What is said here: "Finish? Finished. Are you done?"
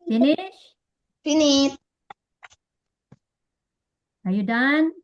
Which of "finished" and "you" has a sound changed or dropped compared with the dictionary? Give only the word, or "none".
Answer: finished